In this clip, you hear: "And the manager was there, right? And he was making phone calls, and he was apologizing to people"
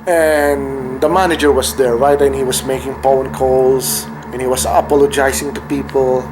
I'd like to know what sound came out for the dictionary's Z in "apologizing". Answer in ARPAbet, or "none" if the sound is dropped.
S